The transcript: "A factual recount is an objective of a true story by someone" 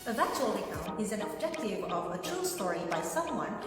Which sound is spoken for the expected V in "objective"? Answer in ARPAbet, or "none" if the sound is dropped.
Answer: none